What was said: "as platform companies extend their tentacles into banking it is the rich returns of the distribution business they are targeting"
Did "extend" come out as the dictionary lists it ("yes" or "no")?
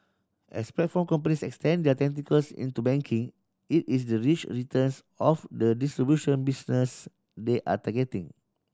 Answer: yes